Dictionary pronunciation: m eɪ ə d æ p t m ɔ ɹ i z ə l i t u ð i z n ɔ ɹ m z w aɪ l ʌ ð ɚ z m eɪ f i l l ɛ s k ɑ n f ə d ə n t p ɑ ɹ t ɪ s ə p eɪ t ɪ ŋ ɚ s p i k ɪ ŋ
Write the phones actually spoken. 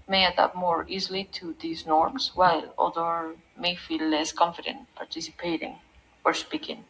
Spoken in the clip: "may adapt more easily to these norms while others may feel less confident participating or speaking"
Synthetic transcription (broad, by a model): m eɪ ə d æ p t m ɔ ɹ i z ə l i t u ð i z n ɔ ɹ m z w aɪ l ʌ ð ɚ m eɪ f i l l ɛ s k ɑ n f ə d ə n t p ɑ ɹ t ɪ s ə p eɪ t ɪ ŋ ɚ s p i k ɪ ŋ